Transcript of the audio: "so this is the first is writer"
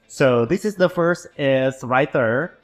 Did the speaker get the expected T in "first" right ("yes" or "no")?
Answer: yes